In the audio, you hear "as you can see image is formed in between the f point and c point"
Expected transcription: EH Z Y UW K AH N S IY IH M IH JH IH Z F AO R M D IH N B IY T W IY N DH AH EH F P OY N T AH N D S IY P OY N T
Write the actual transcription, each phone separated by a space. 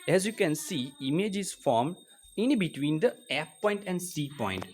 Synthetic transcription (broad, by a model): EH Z Y UW K AH N S IY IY M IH JH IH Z F AO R M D IH N B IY T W IY N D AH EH P P OY N T AH N D S IY P OY N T